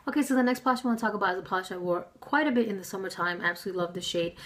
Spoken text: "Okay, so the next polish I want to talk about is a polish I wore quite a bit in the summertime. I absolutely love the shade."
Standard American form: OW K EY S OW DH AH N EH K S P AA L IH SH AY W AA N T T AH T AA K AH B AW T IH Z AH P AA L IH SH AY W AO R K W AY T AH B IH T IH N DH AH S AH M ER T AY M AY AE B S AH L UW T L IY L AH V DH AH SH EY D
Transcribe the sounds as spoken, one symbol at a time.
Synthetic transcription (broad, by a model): OW K EY S OW DH AH N EH K S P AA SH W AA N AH T AA K AH B AW T IH Z AH P AA L IH SH AY W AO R K W AY T AH B IH T IH N DH AH S AH M ER T AY M AY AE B S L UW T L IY L AH V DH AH SH EY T